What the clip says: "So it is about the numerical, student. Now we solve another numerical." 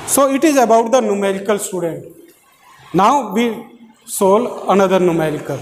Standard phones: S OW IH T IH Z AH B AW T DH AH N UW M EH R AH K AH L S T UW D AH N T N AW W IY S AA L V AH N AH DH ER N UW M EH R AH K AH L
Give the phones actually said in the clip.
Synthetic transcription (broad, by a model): S OW IH T IH Z AH B AW T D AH N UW M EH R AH K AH L S T UW D AH N T N AW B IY S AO L AH N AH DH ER N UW M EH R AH K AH L